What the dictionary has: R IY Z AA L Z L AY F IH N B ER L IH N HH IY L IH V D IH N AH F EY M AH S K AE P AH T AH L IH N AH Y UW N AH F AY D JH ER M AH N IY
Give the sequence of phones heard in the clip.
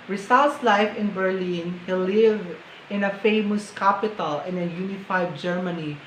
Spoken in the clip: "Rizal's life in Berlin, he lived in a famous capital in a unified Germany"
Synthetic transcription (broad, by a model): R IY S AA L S L AY F IH N B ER L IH N HH IY L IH V IH N AH F EY M AH S K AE P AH T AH L IH N AH Y UW N AH F AY D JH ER M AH N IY